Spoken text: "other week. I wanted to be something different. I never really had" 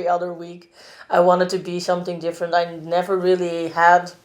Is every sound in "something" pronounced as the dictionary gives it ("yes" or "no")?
yes